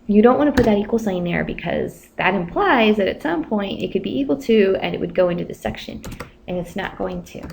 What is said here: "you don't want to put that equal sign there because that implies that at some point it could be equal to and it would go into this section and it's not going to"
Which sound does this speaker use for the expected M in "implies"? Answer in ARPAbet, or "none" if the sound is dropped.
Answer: M